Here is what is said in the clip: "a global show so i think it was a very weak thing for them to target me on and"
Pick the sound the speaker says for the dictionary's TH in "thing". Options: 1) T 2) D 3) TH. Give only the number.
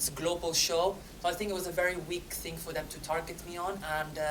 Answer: 3